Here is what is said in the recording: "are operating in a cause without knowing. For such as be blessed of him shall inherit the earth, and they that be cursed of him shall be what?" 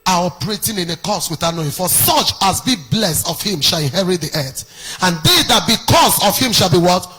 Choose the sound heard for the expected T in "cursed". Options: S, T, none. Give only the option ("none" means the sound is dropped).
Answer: none